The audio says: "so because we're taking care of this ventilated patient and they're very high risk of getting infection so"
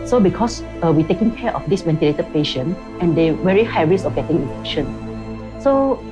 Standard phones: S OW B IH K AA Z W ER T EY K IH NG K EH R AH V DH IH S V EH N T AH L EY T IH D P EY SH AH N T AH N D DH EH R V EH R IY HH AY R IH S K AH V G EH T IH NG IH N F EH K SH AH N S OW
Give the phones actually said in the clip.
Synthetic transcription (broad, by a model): S OW B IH K AA S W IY T EY K IH NG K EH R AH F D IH S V EH N T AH L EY T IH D P EY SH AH N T AH N D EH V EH R IY HH AY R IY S AH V G EH T IH NG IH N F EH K SH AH N S OW